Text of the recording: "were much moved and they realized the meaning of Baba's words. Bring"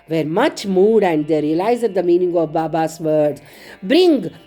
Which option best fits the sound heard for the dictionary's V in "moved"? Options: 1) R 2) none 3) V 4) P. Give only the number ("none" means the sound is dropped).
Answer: 2